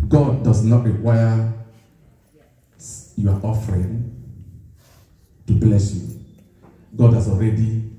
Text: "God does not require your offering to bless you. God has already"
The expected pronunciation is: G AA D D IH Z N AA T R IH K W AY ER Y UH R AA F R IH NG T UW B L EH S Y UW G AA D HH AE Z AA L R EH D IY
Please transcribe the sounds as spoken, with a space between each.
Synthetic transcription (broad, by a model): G AA D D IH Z N AA T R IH W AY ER Y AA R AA F R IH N T UW B L EH S Y UW G AA D HH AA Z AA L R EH D IY